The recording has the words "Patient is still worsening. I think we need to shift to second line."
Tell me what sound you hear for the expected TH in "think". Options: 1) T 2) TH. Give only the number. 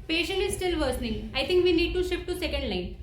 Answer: 1